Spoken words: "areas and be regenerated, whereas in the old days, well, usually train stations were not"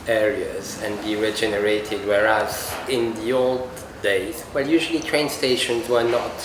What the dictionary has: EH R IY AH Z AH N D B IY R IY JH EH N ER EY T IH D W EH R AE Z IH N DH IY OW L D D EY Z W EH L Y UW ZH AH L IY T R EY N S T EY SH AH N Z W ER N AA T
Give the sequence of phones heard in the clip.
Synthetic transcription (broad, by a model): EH R IY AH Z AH N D B IY R IY JH EH N ER EY T IH D W EH R AE Z IH N DH IY OW L D D EY Z W EH L Y UW ZH AH L IY T R EY N S T EY SH AH N Z W ER N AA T